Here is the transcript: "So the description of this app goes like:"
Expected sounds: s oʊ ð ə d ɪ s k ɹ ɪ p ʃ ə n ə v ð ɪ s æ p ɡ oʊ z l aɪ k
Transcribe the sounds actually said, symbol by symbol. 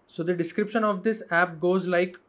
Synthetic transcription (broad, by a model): s oʊ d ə d ɪ s k ɹ ɪ p ʃ ə n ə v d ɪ s æ p ɡ oʊ z l aɪ k